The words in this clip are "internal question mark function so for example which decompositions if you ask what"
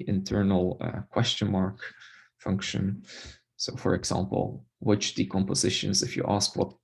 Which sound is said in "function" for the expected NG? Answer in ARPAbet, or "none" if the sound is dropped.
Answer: NG